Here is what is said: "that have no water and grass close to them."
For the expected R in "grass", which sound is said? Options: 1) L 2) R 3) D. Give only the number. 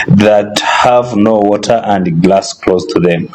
1